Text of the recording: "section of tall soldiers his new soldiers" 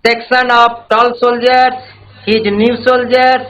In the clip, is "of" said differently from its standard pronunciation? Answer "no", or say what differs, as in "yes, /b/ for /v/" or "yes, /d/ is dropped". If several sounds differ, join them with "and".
yes, /p/ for /v/